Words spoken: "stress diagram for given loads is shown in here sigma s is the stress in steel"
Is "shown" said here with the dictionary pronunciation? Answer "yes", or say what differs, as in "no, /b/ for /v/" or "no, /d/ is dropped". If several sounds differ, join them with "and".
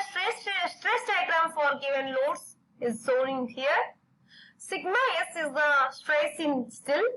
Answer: no, /s/ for /ʃ/